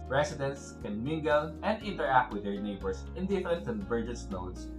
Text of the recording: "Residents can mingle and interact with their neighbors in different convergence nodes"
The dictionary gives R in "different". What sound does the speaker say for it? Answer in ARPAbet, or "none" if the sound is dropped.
none